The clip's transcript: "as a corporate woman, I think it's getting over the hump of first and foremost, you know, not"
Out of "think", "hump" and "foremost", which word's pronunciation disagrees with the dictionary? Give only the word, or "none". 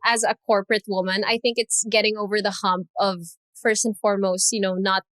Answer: none